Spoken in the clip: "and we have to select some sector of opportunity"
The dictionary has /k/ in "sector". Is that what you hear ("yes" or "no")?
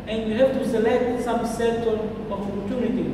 no